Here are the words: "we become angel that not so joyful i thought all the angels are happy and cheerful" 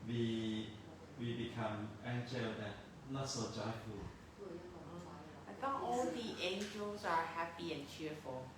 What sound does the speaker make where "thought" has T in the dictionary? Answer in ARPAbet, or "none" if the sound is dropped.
none